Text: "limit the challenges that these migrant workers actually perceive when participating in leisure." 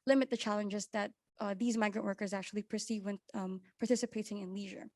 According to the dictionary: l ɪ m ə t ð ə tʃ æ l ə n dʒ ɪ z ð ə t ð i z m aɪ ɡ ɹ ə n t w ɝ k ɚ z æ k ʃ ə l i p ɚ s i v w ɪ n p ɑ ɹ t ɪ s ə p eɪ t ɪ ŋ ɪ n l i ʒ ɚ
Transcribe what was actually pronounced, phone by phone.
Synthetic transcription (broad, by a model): l ɪ m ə t ð ə tʃ æ l ə n dʒ ɪ z ð ə t ð i z m aɪ ɡ ɹ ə n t w ɝ k ɚ z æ k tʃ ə l i p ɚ s i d w ɪ n p ɑ ɹ t ɪ s ə p eɪ t ɪ ŋ ɪ n l i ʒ ɚ